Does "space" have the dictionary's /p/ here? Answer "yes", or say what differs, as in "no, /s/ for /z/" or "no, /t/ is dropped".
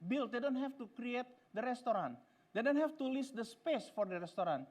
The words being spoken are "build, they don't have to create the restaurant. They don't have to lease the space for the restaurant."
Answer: yes